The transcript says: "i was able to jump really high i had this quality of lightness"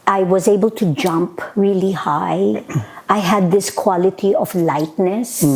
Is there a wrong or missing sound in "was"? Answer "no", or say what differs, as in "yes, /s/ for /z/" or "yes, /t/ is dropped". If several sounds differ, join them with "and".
no